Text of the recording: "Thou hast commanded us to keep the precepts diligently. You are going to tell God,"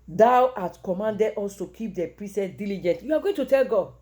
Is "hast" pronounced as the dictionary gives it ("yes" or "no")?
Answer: no